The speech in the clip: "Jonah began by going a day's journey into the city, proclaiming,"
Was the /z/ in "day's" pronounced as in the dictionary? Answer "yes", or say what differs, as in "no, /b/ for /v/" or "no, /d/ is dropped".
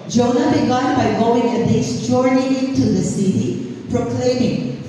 no, /s/ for /z/